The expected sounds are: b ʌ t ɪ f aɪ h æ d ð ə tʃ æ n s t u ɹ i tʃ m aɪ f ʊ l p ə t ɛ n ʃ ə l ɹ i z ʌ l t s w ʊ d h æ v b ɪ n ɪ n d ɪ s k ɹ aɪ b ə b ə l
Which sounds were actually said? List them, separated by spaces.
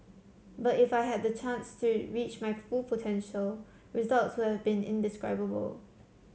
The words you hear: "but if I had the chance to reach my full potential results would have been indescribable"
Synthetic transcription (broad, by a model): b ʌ t ɪ f aɪ h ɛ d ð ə tʃ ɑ n s t u ɹ i tʃ m aɪ f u l p ə t ɛ n ʃ ə l ɹ i z ʌ l t s w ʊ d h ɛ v b ɪ n ɪ n d ɪ s k ɹ aɪ b ə b ə l